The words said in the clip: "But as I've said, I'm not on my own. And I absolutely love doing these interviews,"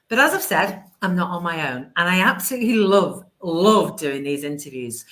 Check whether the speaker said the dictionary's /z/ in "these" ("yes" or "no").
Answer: yes